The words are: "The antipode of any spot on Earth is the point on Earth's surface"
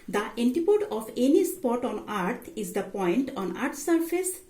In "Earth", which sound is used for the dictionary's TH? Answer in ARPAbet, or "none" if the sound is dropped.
T